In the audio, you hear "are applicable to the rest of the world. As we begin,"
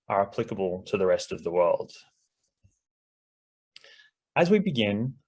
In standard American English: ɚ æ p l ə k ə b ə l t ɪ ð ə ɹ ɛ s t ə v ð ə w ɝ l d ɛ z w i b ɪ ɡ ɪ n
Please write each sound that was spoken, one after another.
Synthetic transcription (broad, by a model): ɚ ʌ p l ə k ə b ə l t ɪ ð ə ɹ ɛ s t ə v ð ə w ɝ l d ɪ z w i b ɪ ɡ ɪ n